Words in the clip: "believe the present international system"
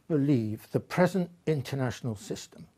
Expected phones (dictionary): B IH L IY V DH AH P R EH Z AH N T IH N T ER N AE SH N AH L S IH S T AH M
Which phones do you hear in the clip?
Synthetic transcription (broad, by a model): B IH L IY V DH AH P R EH Z AH N T IH N T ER N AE SH N AH L S IH S T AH M